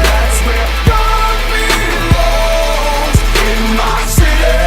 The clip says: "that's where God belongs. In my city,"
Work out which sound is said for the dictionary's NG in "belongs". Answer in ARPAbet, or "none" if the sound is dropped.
none